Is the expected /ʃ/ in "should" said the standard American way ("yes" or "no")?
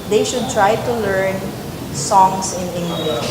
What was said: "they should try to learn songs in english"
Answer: yes